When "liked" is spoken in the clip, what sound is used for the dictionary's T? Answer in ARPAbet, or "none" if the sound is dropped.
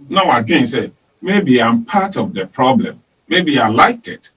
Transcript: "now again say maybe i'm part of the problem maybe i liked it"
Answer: T